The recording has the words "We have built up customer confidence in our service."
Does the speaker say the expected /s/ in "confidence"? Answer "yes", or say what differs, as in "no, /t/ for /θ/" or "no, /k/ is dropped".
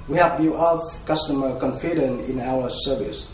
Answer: no, /s/ is dropped